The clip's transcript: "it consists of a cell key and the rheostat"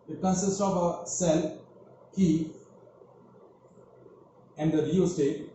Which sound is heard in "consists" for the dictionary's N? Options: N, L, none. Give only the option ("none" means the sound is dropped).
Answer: none